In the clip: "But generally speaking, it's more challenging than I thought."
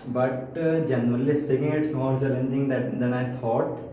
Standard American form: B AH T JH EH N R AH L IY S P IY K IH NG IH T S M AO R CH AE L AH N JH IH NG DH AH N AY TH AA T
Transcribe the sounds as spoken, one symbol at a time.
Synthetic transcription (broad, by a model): B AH T JH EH N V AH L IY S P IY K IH NG IH T S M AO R S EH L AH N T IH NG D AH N AY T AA T